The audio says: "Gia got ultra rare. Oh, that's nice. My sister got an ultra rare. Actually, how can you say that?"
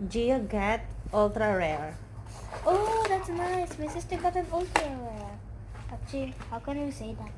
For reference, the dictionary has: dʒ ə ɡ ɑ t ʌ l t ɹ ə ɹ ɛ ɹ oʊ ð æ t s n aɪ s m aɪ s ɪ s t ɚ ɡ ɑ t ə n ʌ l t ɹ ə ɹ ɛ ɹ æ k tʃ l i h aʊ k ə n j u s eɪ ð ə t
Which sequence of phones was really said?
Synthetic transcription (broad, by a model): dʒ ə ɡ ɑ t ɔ l t ɹ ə ɹ ɛ ɹ oʊ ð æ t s n aɪ s m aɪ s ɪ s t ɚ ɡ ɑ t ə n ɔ l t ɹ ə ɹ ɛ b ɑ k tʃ i h aʊ k ə n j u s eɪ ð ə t